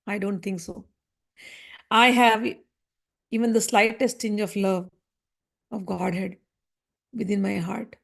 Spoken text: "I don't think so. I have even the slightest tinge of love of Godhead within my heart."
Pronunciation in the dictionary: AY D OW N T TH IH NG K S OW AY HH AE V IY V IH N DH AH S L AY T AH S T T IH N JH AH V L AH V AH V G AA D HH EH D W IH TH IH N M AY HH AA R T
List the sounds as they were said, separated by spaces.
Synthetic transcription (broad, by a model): AY D OW N T T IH NG K S OW AY HH AE V IY V IH N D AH S L AY T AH S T T IH N JH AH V L AH V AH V G AA D HH EH D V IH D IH N M AY HH AA R T